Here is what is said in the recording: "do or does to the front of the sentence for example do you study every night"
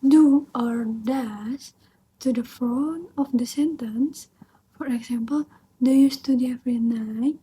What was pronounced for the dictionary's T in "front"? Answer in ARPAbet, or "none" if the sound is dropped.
none